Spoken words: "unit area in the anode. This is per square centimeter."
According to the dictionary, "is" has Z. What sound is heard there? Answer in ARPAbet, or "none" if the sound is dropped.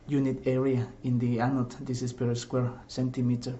S